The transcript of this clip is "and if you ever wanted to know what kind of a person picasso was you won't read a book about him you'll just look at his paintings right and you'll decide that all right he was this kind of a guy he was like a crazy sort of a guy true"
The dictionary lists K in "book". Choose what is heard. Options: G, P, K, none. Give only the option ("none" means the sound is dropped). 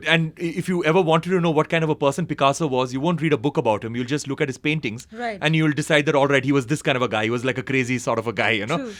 K